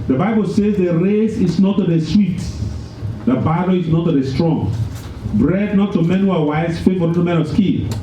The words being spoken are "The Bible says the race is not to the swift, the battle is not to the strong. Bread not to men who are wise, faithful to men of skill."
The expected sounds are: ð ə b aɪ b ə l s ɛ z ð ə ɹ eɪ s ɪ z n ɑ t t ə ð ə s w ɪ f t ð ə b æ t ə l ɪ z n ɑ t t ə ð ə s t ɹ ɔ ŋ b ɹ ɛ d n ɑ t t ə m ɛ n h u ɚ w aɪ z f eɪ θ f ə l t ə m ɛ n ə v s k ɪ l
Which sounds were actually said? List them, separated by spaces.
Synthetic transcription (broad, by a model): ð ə b aɪ b ə l s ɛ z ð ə ɹ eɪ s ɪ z n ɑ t t ə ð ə s w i t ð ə b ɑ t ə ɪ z n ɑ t t ə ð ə s t ɹ ɔ ŋ b ɹ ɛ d n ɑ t t ə m ɛ n h u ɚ w aɪ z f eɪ t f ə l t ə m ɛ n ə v s k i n